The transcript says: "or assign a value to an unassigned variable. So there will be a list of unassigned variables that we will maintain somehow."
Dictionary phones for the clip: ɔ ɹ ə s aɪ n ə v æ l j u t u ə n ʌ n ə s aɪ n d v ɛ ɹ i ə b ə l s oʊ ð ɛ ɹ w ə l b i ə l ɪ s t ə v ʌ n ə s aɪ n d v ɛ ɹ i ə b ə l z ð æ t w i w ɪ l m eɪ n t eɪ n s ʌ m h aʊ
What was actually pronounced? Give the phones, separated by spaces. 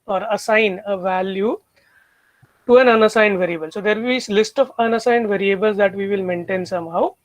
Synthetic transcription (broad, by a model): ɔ ɹ ə s aɪ n ə v æ l j u t u ə n ʌ n ə s aɪ n d v ɛ ɹ i ə b ə l s oʊ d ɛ ɹ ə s l ɪ s t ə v ʌ n ə s aɪ n d v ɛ ɹ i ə b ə l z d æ t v i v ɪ l m eɪ n t eɪ n s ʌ m h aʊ